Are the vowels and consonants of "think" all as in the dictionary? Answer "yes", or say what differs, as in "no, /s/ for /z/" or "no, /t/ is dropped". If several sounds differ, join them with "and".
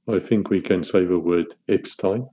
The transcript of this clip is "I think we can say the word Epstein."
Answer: yes